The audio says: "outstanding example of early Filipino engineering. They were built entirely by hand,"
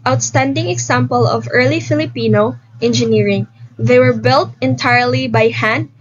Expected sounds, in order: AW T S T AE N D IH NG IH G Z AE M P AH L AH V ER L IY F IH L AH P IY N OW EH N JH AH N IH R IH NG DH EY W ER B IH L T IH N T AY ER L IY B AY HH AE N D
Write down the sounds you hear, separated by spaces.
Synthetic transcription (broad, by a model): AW T S T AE N D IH NG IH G S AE M P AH L AH V ER L IY F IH L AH P IY N OW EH N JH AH N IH R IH NG DH EY W ER B IH L T IH N T AY ER L IY B AY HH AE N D